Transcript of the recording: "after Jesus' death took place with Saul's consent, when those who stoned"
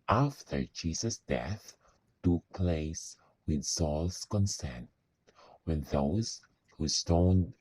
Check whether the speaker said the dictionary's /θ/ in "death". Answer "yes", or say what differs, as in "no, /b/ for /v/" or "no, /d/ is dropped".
yes